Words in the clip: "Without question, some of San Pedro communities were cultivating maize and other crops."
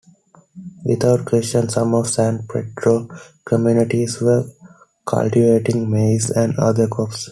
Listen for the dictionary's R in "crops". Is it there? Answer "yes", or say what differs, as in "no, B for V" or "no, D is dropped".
no, R is dropped